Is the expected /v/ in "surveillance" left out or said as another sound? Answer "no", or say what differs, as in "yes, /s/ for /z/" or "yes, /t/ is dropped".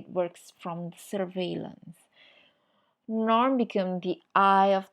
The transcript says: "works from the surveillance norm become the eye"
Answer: no